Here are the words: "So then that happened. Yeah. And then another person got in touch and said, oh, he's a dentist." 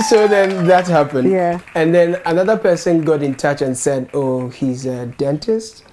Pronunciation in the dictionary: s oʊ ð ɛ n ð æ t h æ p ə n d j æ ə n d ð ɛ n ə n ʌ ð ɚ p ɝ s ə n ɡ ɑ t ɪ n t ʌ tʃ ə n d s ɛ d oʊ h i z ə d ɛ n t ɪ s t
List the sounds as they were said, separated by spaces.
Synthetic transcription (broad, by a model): s oʊ ð ɛ n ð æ t h æ p ə n d j æ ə n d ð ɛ n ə n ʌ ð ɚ p ɝ s ə n ɡ ɑ t ɪ n t ʌ tʃ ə n s ɛ d oʊ h i z ə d ɛ n t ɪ s t